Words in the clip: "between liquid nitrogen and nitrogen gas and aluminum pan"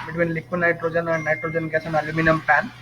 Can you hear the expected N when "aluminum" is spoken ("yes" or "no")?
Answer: yes